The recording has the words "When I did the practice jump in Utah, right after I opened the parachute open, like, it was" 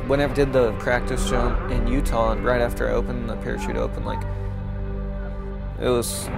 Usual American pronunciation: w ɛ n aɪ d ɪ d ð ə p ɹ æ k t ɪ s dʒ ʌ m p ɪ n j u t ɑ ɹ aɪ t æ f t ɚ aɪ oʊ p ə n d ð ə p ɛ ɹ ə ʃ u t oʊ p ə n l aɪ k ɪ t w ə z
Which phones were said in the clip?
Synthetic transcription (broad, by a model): w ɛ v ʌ d ɪ d ð ə p ɹ æ k t ɪ s ʃ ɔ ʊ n ɪ n j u t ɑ ɹ aɪ t æ f t ɚ aɪ oʊ p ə n ð ə p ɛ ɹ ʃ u t oʊ p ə n l aɪ k ɪ t w ə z